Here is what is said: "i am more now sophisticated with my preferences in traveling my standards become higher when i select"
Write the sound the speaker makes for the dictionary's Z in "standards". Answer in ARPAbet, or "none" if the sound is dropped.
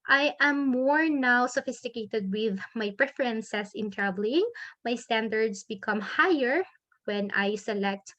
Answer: S